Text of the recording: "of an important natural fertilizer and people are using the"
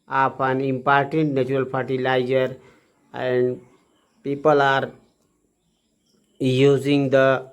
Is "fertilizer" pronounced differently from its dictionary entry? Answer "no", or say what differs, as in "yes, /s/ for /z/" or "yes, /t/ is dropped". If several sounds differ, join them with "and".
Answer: yes, /p/ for /f/